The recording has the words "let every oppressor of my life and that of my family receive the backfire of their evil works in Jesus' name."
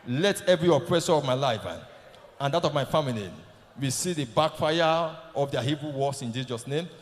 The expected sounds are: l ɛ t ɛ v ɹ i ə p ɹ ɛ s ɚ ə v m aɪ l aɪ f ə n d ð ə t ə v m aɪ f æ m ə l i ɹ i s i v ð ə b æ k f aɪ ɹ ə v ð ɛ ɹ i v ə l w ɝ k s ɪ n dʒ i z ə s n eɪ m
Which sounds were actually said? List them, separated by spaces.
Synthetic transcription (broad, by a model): l ɛ t ɛ v ɹ i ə p ɹ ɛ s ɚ ə v m aɪ l aɪ f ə n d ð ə t ə v m aɪ f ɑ m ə l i w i s i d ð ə b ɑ k f aɪ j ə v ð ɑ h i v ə w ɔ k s ɪ n dʒ i z ə s n eɪ m